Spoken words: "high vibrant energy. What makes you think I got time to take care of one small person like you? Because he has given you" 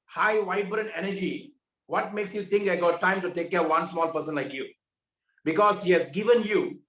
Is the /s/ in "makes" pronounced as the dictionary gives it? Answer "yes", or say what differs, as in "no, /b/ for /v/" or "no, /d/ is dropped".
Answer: yes